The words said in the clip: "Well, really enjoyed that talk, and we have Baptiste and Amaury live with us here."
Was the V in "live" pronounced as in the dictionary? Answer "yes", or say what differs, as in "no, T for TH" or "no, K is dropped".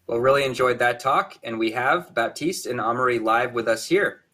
yes